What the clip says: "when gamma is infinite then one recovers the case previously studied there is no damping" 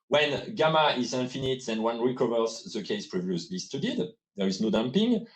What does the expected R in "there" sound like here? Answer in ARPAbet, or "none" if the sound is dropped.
R